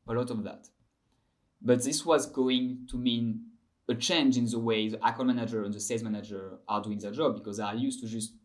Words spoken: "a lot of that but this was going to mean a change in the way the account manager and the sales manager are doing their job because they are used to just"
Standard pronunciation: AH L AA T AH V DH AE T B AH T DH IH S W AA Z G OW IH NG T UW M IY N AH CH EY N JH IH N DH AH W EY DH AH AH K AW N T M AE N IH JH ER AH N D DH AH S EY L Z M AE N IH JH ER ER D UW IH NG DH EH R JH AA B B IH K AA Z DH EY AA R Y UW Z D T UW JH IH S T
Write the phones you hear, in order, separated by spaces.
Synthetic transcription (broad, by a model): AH L AA T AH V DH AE T B AH T DH IH S W AA Z G OW IH NG T UW M IY N AH CH EY N JH IH N DH AH W EY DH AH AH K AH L M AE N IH JH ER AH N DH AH S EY Z M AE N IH JH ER ER D UW IH NG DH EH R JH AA B B IH K AA Z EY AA L Y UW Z T UW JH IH S T